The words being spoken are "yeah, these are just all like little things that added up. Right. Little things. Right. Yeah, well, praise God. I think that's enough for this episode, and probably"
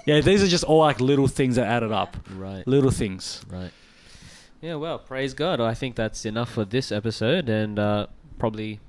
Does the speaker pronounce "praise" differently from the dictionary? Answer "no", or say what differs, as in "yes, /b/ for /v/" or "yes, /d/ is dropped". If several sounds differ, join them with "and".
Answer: no